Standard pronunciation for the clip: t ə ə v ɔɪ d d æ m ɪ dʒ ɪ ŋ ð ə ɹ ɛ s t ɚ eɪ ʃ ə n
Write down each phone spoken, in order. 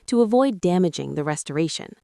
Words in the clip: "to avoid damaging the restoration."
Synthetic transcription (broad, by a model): t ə ə v ɔɪ d d æ m ɪ dʒ ɪ ŋ ð ə ɹ ɛ s t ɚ eɪ ʃ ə n